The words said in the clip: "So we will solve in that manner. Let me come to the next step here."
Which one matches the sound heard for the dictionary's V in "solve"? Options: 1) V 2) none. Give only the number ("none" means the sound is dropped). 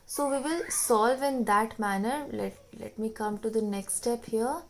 1